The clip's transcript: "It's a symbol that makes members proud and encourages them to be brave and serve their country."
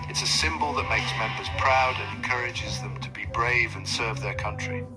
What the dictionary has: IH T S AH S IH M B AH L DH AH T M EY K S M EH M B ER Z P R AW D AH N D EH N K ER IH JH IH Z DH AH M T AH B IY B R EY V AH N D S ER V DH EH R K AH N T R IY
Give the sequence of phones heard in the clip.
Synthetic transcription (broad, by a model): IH T S AH S IH M B AH L DH AH T M EY K S M EH M B ER Z P R AW D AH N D EH N K ER IH JH IH Z DH AH M T AH B IY B R EY V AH N S ER V DH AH R K AH N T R IY